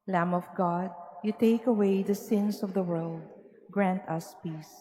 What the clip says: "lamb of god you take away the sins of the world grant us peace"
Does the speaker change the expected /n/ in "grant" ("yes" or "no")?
no